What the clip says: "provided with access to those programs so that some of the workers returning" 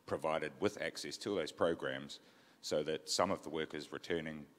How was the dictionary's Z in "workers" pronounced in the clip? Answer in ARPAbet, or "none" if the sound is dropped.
Z